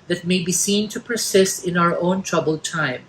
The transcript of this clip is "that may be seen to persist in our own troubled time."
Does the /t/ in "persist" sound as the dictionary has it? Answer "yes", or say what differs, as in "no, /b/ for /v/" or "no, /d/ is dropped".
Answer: yes